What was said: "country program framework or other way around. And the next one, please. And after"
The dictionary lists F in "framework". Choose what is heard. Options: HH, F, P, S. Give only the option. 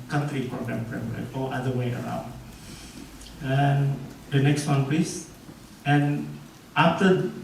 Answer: P